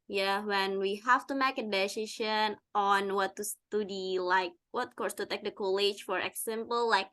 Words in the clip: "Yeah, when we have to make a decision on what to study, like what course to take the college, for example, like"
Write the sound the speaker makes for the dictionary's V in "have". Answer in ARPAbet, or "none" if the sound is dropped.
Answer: F